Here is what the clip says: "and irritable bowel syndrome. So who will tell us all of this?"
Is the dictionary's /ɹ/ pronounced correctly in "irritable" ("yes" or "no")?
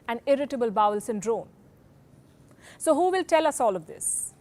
yes